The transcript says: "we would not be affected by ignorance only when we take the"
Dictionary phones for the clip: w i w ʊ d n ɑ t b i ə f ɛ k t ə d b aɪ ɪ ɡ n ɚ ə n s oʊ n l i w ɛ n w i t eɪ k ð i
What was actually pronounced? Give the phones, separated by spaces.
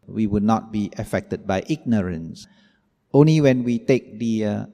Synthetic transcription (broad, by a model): w i w ʊ d n ɑ t b i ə f ɛ k t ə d b aɪ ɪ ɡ n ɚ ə n s oʊ n l i w ɛ n w i t eɪ k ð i